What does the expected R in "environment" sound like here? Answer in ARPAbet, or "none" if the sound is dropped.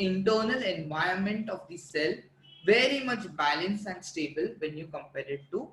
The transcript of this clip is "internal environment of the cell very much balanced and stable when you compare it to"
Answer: none